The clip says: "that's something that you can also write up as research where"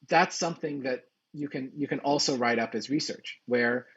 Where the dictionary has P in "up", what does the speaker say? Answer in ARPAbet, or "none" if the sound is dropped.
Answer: P